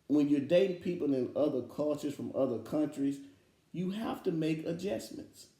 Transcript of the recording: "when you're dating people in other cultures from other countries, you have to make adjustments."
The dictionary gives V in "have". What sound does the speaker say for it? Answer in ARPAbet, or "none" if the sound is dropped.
F